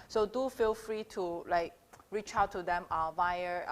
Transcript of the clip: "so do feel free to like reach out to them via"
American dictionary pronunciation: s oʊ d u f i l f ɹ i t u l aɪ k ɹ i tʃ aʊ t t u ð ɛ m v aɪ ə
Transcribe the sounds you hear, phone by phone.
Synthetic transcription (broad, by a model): s oʊ d u f i l f ɹ i t u l aɪ k ɹ i tʃ aʊ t t u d ɛ m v aɪ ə